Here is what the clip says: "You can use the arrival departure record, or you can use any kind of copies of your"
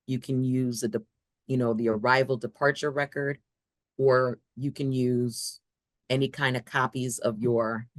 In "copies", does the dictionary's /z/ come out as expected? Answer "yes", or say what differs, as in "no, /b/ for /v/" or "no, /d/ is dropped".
yes